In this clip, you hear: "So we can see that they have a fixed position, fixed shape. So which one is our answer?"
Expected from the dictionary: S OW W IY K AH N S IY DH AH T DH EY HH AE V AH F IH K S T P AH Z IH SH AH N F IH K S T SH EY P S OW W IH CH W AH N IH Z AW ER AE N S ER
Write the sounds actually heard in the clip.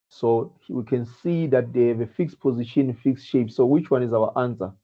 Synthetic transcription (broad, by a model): S OW W IY K AH N S IY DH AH T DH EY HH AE V AH F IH K S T P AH Z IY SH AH N F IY K S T SH EY P S OW W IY CH W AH N IH Z AW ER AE N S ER